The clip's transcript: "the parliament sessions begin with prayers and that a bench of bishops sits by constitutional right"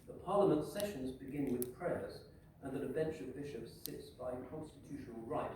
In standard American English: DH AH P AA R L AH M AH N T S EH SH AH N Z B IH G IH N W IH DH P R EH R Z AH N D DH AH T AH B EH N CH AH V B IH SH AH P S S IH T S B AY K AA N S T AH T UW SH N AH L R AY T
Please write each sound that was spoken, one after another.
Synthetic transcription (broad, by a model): DH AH P AA R L AH M AH N T S EH SH AH N Z B IH G IH N W IH DH P R EH R Z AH N DH AH T AH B EH N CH AH V B IH SH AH P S S IH T S B AY K AA N S T AH T UW SH N AH L R AY T